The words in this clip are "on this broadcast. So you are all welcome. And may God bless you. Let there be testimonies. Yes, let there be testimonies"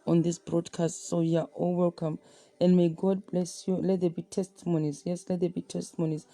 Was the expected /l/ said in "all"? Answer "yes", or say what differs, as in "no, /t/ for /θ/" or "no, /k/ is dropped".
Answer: yes